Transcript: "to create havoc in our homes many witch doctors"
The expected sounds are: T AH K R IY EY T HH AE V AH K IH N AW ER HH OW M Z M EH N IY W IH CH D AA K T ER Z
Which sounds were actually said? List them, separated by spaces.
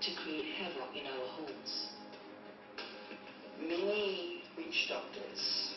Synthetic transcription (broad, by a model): T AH K R IY EY T HH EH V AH IH N AW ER HH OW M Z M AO IY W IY CH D AA K T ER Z